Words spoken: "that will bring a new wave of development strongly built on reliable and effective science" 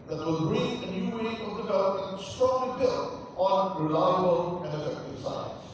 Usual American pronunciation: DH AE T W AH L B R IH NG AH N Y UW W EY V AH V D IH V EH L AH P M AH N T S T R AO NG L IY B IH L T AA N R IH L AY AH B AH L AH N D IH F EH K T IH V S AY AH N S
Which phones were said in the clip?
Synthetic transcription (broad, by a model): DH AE T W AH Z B R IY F AH N Y UW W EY AH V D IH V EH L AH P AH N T S T R AO NG L IY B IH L T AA N R IH L AY AH B AH L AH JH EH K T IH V S AY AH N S